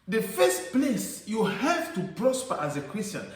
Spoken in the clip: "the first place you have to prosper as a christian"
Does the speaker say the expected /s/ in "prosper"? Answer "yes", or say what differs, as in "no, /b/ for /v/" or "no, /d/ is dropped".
yes